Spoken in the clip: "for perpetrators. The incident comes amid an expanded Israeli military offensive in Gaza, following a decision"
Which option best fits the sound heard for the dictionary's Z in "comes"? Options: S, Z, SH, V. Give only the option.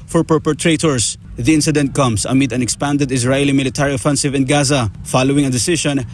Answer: S